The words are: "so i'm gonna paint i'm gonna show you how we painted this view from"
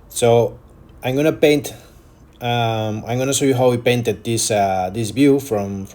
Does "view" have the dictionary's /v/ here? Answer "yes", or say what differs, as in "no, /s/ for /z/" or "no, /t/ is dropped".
no, /b/ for /v/